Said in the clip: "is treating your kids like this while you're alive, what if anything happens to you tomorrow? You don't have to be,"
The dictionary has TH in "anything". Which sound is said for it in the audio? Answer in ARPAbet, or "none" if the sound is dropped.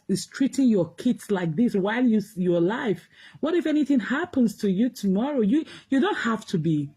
TH